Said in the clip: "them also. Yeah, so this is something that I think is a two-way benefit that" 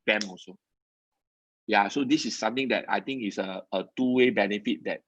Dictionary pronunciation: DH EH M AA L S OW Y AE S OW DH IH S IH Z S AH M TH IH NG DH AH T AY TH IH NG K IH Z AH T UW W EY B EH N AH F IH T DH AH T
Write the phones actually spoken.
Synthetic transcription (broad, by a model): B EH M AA S OW Y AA S OW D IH S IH S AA M T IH NG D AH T AY T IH NG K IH S AH T UW W EY B EH N AH F IH T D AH T